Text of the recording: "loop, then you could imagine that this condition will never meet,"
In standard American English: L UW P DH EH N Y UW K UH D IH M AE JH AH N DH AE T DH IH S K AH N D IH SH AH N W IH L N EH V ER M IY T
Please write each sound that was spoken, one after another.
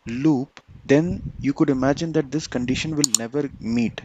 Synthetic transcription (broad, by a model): L UW P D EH N Y UW K UH D IH M AE JH AH N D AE T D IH S K AH N D IH SH AH N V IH L N EH V ER M IY T